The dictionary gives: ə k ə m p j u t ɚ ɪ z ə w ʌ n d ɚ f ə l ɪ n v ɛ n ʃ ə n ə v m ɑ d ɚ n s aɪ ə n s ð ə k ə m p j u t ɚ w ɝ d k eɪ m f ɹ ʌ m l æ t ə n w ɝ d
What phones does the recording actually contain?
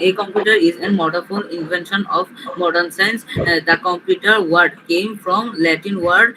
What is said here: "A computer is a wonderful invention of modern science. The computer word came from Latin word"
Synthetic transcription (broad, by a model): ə k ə m p j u t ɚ ɪ z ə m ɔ d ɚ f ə n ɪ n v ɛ n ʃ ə n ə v m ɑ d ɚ n s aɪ n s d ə k ə m p j u t ɚ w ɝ d k eɪ m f ɹ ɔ m l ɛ t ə n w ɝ d